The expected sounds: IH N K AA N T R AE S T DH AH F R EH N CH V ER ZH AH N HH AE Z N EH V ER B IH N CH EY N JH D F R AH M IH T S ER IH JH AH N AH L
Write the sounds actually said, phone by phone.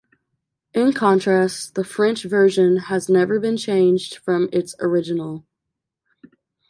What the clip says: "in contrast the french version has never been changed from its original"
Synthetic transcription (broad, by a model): IH N K AA N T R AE S T DH AH F R EH N CH V ER ZH AH N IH Z N EH V ER B IH N CH EY N JH D F R AH M IH T S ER IH JH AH N L